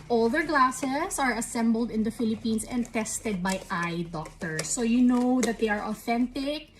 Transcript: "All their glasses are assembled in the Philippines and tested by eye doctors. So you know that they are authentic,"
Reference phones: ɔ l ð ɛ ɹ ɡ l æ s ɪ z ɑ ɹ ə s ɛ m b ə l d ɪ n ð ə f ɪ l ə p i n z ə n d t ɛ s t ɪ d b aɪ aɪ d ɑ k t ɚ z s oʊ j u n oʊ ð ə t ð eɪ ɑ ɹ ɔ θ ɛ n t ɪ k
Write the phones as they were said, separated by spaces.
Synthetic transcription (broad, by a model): ɔ l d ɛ ɹ ɡ l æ s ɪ s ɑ ɹ ə s ɛ m b ə l d ɪ n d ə f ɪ l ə p i n s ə n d t ɛ s t ɪ d b aɪ aɪ d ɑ k t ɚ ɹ s oʊ j u n oʊ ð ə t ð eɪ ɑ ɹ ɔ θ ɛ n t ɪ k